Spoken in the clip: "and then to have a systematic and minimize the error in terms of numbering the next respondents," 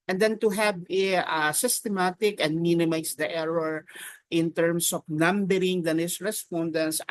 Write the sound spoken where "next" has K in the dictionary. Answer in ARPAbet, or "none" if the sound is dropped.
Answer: none